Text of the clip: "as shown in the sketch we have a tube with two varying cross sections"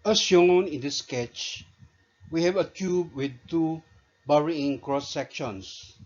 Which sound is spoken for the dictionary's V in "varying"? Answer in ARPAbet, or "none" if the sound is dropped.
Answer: B